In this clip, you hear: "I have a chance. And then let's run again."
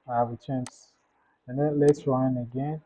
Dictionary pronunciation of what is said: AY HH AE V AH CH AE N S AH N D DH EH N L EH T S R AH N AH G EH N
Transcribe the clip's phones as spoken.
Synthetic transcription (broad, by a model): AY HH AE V AH CH AE N S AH N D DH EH N L EH T S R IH N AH G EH N